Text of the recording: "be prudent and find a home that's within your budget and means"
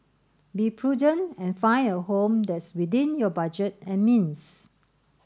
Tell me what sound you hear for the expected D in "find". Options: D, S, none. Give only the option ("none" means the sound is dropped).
none